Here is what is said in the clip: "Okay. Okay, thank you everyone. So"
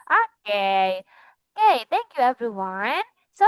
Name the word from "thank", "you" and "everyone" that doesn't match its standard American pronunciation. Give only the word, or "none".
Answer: none